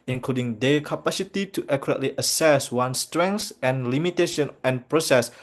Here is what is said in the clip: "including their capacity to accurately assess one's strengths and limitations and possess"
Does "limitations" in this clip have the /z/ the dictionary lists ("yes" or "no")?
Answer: no